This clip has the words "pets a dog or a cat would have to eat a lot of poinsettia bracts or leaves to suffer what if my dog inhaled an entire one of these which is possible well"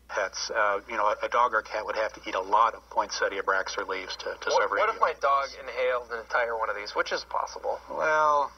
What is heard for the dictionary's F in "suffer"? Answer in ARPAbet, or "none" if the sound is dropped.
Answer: none